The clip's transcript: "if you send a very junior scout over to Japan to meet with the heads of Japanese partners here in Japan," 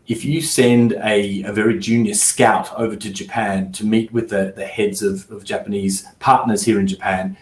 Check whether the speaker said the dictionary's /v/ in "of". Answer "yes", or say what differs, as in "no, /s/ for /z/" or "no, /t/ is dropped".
yes